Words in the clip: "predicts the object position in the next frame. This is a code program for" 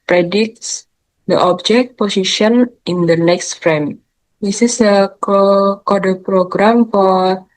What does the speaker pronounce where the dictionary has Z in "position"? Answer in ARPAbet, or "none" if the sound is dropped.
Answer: S